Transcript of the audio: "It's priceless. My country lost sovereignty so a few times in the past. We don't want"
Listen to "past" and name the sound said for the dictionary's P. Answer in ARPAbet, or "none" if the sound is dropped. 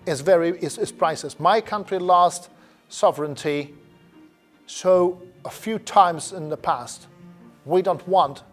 P